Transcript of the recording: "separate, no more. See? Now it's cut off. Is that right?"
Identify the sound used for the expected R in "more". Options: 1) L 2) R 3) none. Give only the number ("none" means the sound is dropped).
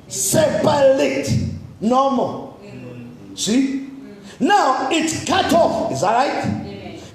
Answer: 1